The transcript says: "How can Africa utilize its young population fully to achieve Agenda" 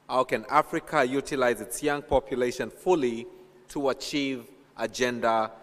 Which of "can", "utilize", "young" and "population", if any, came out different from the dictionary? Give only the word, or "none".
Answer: none